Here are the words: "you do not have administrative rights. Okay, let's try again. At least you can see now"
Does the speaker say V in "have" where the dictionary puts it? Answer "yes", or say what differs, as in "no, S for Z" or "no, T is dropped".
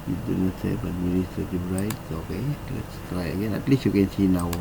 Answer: no, B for V